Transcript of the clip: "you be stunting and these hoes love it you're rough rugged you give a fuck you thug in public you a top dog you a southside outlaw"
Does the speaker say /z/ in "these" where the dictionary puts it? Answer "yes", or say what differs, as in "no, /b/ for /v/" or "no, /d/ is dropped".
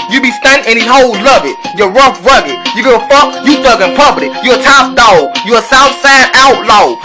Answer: no, /z/ is dropped